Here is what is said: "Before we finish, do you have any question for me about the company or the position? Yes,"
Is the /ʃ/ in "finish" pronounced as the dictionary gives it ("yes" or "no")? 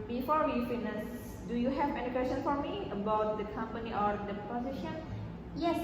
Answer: no